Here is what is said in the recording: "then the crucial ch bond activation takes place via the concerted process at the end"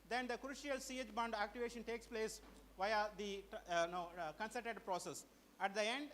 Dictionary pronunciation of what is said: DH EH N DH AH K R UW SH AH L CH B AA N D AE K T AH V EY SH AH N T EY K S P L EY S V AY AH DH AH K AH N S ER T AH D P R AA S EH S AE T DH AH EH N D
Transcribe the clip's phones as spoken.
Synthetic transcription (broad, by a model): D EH N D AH K R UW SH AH L S B AA N D AE K T AH V EY SH AH N T EY K S P L EY S V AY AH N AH K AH N S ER T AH D P R AA S EH S AE T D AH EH N D